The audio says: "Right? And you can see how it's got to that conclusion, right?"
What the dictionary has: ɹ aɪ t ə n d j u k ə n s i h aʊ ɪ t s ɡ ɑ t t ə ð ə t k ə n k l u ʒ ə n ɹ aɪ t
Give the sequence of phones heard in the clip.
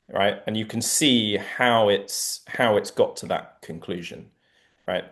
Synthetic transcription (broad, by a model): ɹ aɪ t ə n j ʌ k ə n s i h aʊ ɪ t s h ɑ t t ə ð ə t k ə n k l u ʒ ə n ɹ aɪ t